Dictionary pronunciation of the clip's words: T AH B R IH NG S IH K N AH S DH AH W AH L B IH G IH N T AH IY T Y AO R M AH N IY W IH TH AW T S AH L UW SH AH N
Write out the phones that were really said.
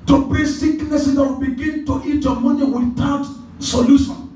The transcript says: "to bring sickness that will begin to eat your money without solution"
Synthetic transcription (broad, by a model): T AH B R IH S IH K N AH S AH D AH W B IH G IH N T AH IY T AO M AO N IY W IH T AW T S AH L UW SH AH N